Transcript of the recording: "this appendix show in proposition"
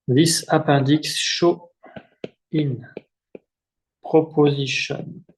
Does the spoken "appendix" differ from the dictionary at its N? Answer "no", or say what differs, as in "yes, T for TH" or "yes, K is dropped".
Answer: yes, N is dropped